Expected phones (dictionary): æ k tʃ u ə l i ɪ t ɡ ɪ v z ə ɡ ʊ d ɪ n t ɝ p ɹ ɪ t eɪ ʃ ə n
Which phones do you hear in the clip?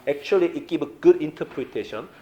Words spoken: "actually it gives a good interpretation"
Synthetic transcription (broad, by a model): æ k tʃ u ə l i ɪ t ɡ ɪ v ə ɡ ʊ d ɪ n t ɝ p ɹ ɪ t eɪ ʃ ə n